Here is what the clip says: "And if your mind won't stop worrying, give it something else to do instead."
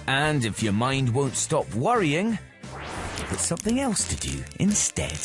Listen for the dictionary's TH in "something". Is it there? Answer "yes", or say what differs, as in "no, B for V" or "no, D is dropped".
yes